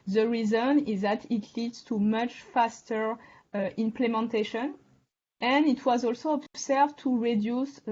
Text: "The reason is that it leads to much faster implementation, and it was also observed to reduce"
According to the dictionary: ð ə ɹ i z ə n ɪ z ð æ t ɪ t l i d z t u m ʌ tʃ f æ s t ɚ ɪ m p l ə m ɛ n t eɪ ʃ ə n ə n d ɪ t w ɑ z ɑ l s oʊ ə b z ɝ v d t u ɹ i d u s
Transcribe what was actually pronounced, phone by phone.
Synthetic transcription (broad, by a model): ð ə ɹ i z ə n ɪ z ð æ t ɪ t l i d z t u m ʌ tʃ f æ s t ɚ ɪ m p l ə m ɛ n t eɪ ʃ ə n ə n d ɪ t w ɑ z ɑ l s oʊ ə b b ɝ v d t u ɹ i d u s